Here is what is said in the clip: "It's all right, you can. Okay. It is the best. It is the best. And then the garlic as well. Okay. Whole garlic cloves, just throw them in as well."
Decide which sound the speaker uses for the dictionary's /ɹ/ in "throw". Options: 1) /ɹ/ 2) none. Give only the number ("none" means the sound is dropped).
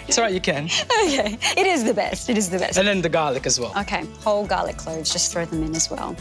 1